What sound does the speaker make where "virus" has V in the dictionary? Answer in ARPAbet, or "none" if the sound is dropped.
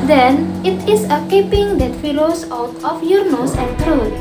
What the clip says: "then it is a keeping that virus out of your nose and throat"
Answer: F